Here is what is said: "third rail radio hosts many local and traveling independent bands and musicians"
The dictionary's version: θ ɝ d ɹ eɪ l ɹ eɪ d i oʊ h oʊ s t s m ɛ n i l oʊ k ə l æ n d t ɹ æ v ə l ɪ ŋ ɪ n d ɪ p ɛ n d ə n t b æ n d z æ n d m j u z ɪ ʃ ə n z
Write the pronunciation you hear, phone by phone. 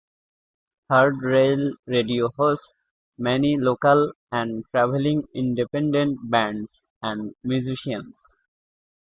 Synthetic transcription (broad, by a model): t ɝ d ɹ eɪ l ɹ eɪ d i oʊ h oʊ s t s m ɛ n i l oʊ k ə l æ n d t ɹ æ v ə l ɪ ŋ ɪ n d ɪ p ɛ n d ə n t b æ n d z æ n d m j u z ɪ ʃ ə n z